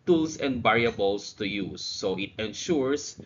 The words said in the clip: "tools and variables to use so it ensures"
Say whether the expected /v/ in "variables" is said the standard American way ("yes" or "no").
no